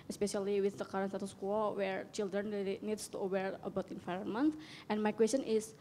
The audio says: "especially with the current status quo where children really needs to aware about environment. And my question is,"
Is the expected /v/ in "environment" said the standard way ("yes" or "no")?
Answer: no